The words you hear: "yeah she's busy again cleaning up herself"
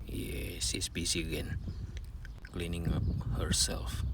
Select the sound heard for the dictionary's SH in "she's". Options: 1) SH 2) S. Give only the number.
2